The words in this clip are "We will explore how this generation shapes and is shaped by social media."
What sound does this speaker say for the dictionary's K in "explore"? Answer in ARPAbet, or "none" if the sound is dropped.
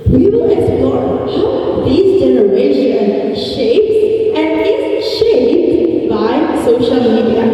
none